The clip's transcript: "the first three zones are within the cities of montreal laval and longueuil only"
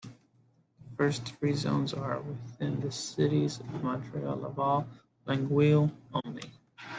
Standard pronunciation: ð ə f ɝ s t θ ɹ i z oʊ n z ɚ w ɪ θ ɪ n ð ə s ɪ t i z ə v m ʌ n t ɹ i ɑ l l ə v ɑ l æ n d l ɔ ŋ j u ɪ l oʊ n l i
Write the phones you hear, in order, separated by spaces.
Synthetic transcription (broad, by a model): ð ə f ɝ s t θ ɹ i z oʊ n z ɚ w ɪ θ ɪ n ð ə s ɪ t i z ə v m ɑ n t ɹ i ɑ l l ə v ɑ l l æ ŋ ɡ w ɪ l oʊ n l i